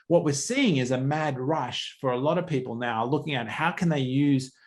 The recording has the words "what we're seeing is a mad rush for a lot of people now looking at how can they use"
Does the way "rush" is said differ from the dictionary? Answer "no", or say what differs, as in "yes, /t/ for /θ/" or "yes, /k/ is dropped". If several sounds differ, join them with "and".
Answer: no